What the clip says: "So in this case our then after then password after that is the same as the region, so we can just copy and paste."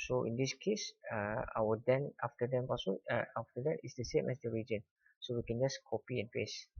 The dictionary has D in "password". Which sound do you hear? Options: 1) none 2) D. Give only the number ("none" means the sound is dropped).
1